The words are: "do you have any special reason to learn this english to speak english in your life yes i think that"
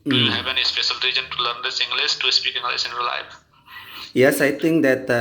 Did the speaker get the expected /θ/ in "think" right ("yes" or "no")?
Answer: no